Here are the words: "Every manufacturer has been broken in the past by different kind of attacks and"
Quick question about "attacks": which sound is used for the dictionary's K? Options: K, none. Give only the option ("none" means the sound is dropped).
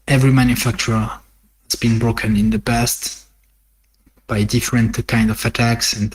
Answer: K